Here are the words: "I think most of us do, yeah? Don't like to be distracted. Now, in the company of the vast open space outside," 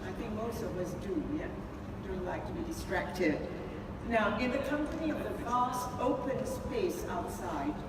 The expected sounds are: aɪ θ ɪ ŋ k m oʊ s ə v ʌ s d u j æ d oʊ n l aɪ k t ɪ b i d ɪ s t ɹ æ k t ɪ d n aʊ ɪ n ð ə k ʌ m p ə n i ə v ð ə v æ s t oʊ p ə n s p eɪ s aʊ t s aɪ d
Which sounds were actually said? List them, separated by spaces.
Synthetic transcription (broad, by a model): aɪ θ ɪ ŋ k m oʊ s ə w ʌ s d u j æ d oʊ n l aɪ k t ɪ b i d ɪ s t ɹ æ k t ɪ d n aʊ ɪ n ð ə k ʌ m p ə n i ə v ð ə v æ s t oʊ p ə n s p eɪ s aʊ t s aɪ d